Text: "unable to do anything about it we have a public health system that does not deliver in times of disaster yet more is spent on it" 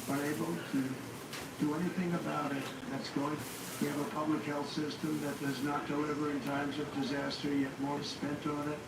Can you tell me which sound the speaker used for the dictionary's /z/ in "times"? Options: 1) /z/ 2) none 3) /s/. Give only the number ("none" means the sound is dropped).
1